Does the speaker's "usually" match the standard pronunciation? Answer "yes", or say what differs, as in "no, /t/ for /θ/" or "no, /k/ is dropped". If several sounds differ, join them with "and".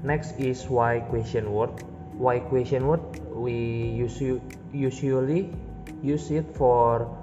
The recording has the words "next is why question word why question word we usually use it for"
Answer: no, /s/ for /ʒ/